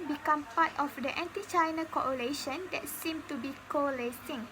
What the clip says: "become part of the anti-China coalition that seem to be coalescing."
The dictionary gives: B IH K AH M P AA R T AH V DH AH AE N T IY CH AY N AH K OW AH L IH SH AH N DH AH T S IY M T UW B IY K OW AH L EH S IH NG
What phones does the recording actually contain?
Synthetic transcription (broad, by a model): B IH K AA M P AA T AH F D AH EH N T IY CH AY N AH K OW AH L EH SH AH N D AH T S IY M T UW B IY K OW L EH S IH NG